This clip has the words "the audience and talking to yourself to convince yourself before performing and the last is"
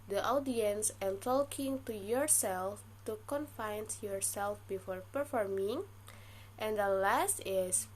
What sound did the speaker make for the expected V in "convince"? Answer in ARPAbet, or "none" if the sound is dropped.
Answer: F